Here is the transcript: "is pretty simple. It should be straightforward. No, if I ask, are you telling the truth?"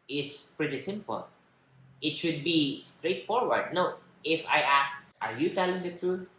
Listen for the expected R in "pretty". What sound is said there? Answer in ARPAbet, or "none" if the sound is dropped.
R